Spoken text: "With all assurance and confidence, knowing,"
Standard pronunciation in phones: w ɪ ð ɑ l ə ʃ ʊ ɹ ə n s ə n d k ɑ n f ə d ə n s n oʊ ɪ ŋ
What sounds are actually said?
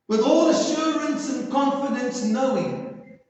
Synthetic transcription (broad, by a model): w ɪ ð ɑ l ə ʃ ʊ ɹ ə n s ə n k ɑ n f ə d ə n s n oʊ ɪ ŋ